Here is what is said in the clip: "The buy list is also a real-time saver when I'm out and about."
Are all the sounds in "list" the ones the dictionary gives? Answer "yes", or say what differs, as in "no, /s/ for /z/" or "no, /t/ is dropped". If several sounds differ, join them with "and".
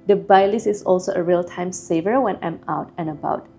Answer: no, /t/ is dropped